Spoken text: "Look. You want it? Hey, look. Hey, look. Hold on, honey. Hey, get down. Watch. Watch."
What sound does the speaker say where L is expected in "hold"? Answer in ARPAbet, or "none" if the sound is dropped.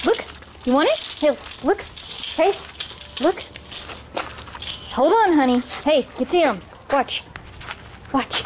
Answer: L